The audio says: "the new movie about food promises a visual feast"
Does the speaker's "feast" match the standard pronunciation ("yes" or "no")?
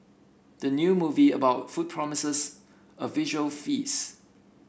no